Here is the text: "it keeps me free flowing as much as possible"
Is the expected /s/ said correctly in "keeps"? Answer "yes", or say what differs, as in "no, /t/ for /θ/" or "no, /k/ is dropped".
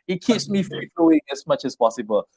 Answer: yes